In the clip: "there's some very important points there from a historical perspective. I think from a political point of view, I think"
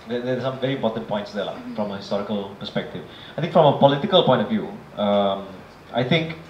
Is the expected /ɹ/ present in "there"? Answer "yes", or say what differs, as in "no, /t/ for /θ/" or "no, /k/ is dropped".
no, /l/ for /ɹ/